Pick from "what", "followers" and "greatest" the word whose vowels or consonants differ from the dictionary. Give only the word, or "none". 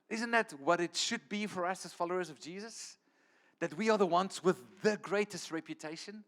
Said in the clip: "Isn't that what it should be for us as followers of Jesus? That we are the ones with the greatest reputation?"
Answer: none